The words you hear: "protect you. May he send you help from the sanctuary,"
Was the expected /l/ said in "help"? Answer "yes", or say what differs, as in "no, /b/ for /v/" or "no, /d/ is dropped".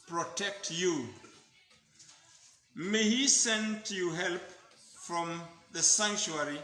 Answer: yes